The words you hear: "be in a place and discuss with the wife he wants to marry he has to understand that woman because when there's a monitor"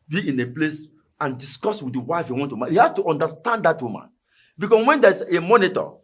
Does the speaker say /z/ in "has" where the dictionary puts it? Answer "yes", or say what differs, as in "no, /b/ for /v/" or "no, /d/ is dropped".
no, /s/ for /z/